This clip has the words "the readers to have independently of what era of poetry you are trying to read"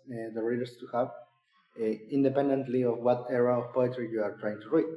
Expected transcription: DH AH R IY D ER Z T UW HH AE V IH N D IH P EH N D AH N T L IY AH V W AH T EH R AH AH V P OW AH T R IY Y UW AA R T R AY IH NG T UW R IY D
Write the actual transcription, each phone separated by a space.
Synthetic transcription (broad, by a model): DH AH R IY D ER S T UW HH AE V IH N D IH P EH N D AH N T L IY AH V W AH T EH R AH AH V P OW AH T R IY Y UW AA R T R AY IH NG T UW R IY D